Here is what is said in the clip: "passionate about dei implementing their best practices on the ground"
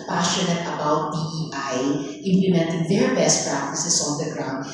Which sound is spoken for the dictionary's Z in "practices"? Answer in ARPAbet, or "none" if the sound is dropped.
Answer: S